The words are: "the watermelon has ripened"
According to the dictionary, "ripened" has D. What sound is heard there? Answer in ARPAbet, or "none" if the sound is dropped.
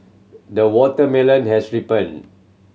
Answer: none